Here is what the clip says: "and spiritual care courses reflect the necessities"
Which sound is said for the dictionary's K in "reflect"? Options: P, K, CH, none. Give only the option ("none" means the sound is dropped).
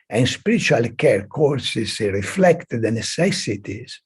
K